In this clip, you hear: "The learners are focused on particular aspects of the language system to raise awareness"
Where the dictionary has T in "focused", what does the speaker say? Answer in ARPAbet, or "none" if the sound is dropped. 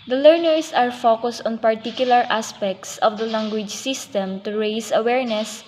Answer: T